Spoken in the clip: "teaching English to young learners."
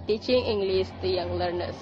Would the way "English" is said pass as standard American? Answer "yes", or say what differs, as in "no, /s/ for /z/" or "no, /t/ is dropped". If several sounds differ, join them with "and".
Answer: no, /s/ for /ʃ/